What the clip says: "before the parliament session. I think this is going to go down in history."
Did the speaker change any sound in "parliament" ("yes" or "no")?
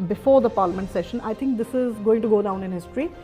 no